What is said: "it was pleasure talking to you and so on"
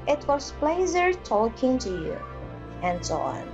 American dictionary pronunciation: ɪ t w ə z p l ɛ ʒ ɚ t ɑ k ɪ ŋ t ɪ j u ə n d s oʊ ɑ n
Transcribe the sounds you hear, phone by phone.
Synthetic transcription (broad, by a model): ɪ t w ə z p l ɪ z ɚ t ɑ k ɪ ŋ t ɪ j u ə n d s oʊ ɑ n